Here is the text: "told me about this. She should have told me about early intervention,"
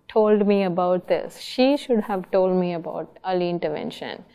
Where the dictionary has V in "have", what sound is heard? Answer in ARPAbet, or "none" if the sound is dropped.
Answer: V